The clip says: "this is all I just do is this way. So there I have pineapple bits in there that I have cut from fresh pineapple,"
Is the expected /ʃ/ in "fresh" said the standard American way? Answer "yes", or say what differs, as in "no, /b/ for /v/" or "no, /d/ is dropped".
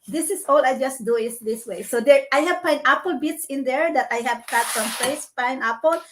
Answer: no, /s/ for /ʃ/